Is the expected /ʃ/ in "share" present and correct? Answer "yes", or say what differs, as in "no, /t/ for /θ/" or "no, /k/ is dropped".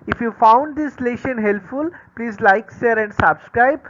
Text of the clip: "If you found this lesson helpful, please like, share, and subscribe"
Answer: no, /s/ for /ʃ/